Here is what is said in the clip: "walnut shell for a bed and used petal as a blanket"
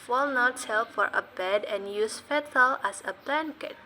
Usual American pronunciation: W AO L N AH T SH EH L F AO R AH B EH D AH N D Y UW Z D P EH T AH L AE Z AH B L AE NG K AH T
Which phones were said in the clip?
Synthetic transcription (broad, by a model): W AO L N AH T S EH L F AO R AH B EH D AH N Y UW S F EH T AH L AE S AH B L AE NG K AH T